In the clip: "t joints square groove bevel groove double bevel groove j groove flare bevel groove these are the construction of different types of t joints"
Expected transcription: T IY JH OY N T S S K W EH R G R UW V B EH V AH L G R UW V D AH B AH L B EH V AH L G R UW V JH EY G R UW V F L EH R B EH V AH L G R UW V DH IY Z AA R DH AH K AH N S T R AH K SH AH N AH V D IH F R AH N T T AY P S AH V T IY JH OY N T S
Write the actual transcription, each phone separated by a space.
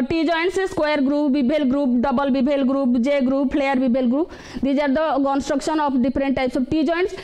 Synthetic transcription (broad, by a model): T IY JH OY N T S S K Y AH R G R UW P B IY B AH L G R UW P D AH B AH L B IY B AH L G R UW P JH EY G R UW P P L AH R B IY B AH L G R UW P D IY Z AA R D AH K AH N S T R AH K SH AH N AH P D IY P R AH N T T AY P S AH B T IY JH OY N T S